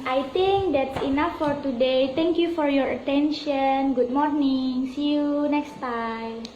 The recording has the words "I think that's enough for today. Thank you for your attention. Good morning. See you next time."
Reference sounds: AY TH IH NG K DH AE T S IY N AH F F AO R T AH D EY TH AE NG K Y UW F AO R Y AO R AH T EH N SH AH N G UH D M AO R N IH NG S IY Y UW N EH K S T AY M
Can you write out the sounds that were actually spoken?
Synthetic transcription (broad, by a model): AY T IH NG K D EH T S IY N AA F F AO R T AH D EY T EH NG K Y UW F AO R Y AO R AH T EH N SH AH N G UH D M AO R N IH NG S IY Y UW N EH K S T AY M